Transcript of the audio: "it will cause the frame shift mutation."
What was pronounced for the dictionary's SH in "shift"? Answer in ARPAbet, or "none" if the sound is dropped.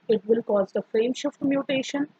SH